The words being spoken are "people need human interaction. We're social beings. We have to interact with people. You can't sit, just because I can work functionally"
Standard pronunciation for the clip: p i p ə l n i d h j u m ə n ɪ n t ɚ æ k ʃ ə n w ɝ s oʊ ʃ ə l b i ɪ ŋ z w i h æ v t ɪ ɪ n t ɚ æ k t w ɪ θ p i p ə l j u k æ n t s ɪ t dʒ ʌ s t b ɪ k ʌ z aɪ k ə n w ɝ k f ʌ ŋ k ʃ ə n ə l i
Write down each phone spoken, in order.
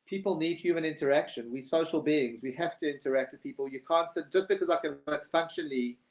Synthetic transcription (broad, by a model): p i p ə l n i d h j u m ə n ɪ n t ɚ æ k ʃ ə n w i s oʊ ʃ ə l b i ɪ ŋ z w i h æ f t ɪ ɪ n t ɚ æ k t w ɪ p i p ə l j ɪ k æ n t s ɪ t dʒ ʌ s b ɪ k ʌ z aɪ k ə n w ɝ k f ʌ ŋ k ʃ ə n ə l i